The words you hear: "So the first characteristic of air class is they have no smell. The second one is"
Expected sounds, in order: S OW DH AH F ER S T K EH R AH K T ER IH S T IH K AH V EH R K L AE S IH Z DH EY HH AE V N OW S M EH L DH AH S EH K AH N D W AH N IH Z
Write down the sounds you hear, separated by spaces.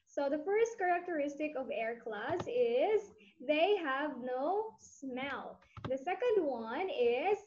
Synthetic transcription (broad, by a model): S OW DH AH F ER S T K EH R AH K T ER IH S T IH K AH V EH R K L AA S IH Z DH EY HH AE V N OW S M EH L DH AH S EH K AH N D W AH N IH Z